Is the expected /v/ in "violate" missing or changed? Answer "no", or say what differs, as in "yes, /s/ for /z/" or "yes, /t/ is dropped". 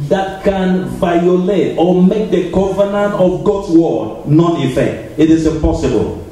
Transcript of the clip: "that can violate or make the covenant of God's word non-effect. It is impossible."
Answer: no